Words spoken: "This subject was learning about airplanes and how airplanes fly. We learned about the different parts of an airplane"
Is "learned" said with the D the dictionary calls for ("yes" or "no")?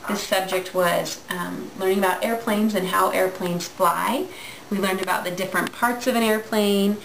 yes